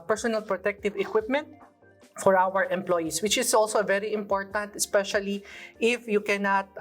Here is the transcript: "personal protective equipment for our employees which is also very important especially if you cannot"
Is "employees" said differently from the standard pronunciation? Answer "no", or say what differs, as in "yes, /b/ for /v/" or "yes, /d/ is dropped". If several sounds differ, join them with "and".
yes, /s/ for /z/